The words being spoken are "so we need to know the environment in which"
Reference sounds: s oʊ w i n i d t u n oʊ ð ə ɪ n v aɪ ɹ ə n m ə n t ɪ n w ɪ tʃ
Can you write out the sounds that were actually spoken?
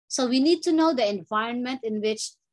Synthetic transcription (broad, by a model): s oʊ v i n i d t u n oʊ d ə ɪ n v aɪ ɹ ə n m ə n t ɪ n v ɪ tʃ